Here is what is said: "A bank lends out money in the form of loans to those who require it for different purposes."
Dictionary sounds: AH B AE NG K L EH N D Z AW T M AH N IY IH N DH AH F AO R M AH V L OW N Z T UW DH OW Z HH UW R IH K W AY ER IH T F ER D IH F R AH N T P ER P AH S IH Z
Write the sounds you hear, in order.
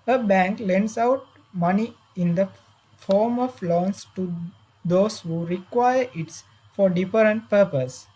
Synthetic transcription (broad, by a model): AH B AE NG K L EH N D S AW T M AH N IY IH N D AH F AO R M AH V L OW N S T UW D OW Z HH UW R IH K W AY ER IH T F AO D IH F R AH N T P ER P AH S